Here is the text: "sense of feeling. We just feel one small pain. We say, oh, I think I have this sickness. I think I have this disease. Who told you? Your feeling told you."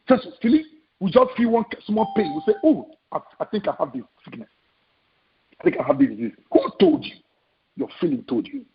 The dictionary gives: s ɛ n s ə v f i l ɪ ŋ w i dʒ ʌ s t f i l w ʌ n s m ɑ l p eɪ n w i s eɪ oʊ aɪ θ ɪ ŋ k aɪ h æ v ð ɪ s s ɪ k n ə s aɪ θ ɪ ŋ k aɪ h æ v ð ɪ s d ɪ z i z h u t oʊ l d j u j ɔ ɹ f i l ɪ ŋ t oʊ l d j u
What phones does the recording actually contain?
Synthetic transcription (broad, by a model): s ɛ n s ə f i l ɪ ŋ w i dʒ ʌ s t f i l w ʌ n s m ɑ n p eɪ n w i s eɪ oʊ aɪ θ ɪ ŋ k aɪ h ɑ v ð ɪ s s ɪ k n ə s aɪ θ ɪ ŋ k aɪ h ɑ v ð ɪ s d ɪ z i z h u t oʊ l d j u j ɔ f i l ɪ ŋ t oʊ l d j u